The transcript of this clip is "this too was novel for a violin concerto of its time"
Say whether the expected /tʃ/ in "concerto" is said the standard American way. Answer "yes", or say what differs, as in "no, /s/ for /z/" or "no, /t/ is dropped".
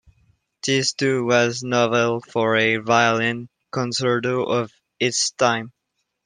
no, /s/ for /tʃ/